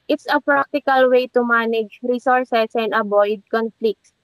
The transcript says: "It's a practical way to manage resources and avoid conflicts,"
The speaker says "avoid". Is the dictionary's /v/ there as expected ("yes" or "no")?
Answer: no